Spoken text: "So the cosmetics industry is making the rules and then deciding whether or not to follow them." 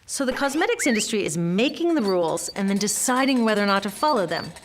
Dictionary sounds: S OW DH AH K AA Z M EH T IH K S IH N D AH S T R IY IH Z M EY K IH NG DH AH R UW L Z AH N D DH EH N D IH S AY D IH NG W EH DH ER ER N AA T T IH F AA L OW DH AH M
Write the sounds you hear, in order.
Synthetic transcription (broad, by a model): S OW DH AH K AA Z M EH T IH K S IH N D AH S T R IY IH Z M EY K IH NG DH AH R UW L Z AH N DH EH N D IH S AY D IH NG W EH DH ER ER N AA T T IH F AA L OW DH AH M